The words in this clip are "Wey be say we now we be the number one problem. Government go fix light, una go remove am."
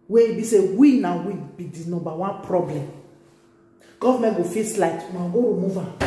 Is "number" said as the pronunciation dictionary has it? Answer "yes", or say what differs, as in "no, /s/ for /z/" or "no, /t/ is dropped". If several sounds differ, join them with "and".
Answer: no, /m/ is dropped